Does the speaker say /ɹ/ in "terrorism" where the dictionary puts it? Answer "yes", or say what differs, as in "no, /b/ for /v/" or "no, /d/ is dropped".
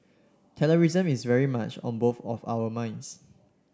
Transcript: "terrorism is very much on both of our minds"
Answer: no, /l/ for /ɹ/